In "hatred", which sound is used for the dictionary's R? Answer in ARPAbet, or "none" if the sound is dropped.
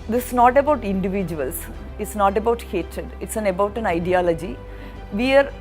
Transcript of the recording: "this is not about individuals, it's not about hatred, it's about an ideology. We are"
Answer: R